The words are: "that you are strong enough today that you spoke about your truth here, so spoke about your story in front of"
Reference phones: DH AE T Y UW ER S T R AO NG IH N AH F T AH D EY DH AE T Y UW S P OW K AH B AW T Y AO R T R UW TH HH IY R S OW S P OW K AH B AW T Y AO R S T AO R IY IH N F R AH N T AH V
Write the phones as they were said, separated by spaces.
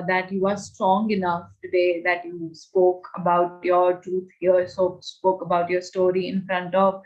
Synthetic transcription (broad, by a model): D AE T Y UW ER S T R AO NG IH N AH F T AH D EY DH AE T Y UW S P OW K AH B AW T Y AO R T R UW T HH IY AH S OW S P OW K AH B AW T Y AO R S T AO R IY IH N F R AH N T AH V